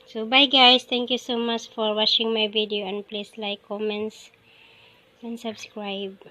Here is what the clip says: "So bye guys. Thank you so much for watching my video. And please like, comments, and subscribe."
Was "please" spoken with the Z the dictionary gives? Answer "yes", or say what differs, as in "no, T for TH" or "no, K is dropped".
no, S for Z